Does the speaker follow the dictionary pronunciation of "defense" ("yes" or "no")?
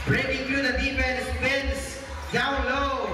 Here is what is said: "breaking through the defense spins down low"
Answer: no